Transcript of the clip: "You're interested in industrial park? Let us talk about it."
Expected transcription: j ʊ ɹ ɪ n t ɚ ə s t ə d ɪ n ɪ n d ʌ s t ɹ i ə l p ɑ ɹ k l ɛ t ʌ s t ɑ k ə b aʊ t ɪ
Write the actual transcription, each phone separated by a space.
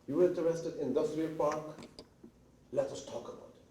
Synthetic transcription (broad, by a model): j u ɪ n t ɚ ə s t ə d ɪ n ɪ n d ʌ s t ɹ i ə l p ɑ ɹ k l ɛ t ʌ s t ɑ k ə b aʊ t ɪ